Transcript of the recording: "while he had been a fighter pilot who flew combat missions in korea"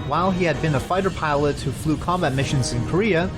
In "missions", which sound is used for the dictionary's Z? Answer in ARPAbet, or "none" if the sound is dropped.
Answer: Z